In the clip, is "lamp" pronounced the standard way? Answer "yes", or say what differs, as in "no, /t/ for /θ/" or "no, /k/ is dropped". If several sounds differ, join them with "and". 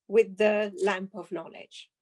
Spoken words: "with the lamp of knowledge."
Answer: yes